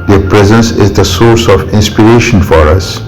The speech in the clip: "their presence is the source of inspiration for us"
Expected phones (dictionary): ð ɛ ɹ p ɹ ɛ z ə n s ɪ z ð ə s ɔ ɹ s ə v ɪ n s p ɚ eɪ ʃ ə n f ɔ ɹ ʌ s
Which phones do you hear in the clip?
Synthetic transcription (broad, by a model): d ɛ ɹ p ɹ ɛ z ə n s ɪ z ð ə s ɔ ɹ s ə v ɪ n s p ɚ eɪ ʃ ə n f ɔ ɹ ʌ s